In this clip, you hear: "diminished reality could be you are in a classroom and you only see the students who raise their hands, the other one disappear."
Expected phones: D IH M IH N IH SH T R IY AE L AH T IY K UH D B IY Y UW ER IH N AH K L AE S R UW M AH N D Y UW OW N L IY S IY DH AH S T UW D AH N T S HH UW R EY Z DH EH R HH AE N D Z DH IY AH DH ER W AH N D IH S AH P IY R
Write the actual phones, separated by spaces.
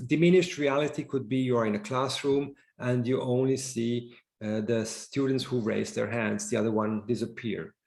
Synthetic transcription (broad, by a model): D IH M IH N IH SH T R IY AE L AH T IY K UH D B IY Y UW ER IH N AH K L AE S R UW M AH N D Y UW OW N L IY S IY DH AH S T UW D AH N T S HH UW R EY Z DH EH R HH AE N D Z DH IY AH DH ER W AH N D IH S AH P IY R